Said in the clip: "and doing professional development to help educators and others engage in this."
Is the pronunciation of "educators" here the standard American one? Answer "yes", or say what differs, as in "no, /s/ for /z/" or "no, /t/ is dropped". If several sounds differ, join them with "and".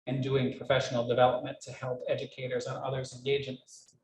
yes